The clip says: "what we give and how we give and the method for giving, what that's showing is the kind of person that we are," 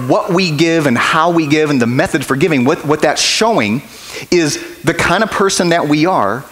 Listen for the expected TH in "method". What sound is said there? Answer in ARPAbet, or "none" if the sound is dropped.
TH